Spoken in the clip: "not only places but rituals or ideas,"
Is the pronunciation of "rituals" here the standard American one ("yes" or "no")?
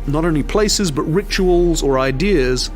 yes